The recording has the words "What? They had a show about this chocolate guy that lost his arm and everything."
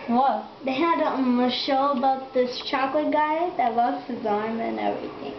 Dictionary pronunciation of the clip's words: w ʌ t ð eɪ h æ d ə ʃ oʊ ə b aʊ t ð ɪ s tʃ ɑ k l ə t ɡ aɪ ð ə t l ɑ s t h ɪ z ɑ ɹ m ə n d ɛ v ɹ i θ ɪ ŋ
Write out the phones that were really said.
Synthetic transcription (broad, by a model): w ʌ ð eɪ h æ d ə ʃ oʊ ə b aʊ t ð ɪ s tʃ ɑ k l ə t ɡ aɪ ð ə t w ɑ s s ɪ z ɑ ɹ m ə n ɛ v ɹ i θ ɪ ŋ